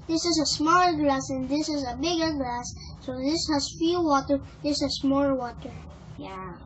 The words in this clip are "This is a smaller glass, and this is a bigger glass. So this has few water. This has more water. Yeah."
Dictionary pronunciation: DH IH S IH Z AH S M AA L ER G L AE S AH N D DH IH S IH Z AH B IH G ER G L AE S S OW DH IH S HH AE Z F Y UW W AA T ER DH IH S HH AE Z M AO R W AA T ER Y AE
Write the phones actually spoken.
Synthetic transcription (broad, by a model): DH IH S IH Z AH S M AA L ER G L AE S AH N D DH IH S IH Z AH B IH G ER G L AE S S OW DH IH S HH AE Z F Y UW W AA T ER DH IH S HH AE S M AO L W AA T ER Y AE